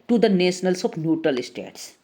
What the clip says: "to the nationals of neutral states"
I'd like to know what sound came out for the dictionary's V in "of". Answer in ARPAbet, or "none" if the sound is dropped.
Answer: P